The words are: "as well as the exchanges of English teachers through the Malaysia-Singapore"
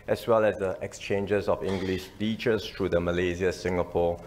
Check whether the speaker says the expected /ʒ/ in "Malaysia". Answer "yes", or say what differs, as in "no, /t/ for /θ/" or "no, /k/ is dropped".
no, /z/ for /ʒ/